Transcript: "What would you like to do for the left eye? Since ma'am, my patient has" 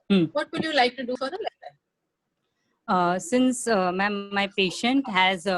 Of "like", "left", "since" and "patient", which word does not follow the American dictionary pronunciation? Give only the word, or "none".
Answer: left